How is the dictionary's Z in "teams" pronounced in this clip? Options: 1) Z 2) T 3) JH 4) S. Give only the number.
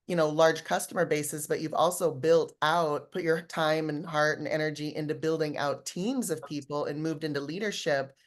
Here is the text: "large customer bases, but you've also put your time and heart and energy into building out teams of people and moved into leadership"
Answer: 1